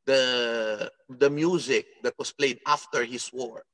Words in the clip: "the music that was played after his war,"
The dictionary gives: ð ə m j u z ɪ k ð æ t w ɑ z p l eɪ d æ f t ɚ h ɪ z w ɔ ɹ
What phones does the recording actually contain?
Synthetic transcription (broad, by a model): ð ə m j u z ɪ k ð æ t w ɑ s p l eɪ d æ f t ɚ h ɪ s w ɔ ɹ